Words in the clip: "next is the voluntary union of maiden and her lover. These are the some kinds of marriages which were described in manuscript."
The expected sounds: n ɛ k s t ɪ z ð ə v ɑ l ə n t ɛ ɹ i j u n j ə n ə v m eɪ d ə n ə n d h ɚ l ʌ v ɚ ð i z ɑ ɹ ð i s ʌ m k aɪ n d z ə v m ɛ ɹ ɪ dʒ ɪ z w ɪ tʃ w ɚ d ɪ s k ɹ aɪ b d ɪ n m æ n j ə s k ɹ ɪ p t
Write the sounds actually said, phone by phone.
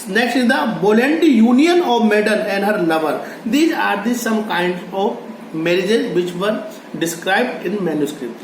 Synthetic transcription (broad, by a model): n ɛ k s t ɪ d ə b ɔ l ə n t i j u n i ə n ə v m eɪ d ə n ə n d h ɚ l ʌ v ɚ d i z ɑ ɹ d i s ʌ m k aɪ n d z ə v m ɛ ɹ ɪ dʒ ɪ z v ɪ tʃ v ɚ d ɪ s k ɹ aɪ b d ɪ n m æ n j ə s k ɹ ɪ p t